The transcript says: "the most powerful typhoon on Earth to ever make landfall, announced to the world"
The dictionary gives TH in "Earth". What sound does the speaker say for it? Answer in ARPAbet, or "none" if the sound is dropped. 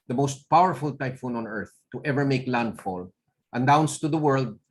TH